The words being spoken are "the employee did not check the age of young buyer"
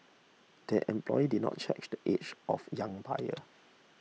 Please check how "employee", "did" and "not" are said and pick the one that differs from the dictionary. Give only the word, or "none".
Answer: none